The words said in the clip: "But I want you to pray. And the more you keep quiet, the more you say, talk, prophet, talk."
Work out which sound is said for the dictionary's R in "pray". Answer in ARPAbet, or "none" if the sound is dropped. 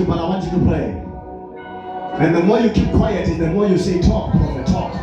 L